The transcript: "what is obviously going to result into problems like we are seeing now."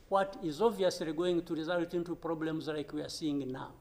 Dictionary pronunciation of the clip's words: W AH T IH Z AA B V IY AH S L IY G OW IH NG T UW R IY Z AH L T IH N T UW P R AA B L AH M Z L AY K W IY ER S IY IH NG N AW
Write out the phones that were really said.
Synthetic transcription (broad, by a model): W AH T IH Z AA V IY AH S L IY G OW IH NG T UW R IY Z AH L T IH N T UW P R AA B L AH M Z L AY K W IY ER S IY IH NG N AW